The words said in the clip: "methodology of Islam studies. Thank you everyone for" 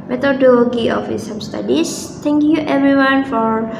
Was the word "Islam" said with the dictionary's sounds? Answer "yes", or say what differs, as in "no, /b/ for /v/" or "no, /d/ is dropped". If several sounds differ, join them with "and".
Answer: no, /l/ is dropped